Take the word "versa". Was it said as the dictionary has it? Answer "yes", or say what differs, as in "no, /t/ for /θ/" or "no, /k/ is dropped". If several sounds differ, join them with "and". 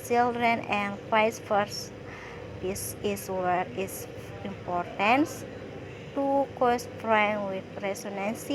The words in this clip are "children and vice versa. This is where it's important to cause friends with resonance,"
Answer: no, /f/ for /v/